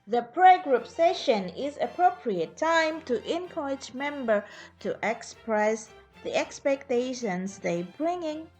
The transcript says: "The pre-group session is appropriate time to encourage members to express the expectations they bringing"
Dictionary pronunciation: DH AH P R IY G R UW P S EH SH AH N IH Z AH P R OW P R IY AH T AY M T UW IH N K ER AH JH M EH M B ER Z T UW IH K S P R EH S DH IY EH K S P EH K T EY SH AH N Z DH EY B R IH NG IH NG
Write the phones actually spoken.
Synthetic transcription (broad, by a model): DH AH P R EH G R UW P S EH SH AH N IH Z AH P R OW P R IY AH T AY M T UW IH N K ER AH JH M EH M B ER T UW IH K S P R EH S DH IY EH K S P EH K T EY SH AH N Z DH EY B R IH NG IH NG